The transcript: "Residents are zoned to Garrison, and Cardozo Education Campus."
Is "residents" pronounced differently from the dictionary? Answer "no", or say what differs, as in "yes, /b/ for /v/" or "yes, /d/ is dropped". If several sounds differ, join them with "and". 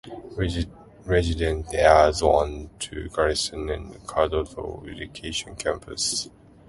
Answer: yes, /s/ is dropped